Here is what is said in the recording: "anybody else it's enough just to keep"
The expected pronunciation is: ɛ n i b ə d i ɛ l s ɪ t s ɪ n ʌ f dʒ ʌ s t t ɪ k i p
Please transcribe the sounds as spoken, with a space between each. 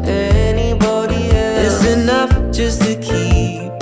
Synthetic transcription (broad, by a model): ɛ n i b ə d i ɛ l ɪ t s ɪ n ʌ f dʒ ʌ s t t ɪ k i